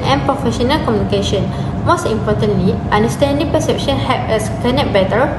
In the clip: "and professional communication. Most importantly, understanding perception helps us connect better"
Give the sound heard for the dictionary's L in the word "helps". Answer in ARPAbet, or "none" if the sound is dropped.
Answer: none